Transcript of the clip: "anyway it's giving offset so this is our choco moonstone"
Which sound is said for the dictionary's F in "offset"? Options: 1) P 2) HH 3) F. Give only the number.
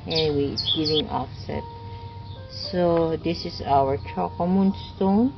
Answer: 3